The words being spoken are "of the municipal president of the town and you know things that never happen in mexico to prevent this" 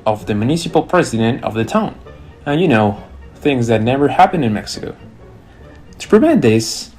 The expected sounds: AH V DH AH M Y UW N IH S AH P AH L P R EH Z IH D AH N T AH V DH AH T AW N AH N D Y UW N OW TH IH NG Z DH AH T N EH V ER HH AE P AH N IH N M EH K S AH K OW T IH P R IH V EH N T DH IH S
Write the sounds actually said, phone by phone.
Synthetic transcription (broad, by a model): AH V DH AH M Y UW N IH S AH P L P R EH Z IH D AH N T AH V DH AH T AW N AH N Y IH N OW TH IH NG Z DH AH T N EH V ER HH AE P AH N IH N M EH K S AH K OW T IH P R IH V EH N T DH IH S